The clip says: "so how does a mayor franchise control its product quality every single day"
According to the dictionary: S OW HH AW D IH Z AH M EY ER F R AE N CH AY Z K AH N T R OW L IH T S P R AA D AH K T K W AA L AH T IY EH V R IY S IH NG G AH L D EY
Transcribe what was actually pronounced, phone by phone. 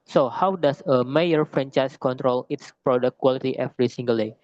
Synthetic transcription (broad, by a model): S OW HH AW D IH S AH M EY ER F R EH N CH AY S K AH N T R OW L IH T S P R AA D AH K K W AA L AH T IY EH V R IY S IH NG G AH L D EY